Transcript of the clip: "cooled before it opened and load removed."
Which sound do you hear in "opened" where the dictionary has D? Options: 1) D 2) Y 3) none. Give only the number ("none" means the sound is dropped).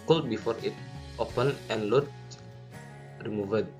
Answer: 3